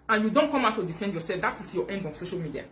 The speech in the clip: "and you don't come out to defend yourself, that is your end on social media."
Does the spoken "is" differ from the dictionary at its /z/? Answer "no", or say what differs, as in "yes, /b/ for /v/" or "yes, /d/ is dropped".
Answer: yes, /s/ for /z/